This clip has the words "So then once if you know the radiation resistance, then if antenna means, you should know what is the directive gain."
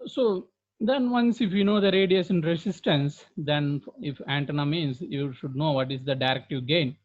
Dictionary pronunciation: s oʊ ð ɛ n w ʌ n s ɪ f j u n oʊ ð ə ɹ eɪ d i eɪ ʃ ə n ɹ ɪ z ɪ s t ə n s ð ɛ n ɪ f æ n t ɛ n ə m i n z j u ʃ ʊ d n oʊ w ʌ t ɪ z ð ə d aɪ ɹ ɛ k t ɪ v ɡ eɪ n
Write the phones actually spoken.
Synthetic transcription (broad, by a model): s oʊ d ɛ n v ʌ n s ɪ f j u n oʊ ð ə ɹ eɪ d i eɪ s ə n ɹ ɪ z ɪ s t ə n s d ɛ n ɪ f æ n t ɛ n ə m i n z j u ʃ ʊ d n oʊ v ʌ t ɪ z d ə d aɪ ɹ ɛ k t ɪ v ɡ eɪ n